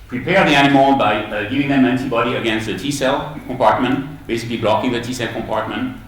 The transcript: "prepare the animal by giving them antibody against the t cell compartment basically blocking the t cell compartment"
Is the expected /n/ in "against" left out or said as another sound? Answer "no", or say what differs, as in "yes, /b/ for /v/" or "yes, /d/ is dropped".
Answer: no